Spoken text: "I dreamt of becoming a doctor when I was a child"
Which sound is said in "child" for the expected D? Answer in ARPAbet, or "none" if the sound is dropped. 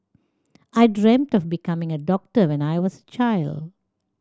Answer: D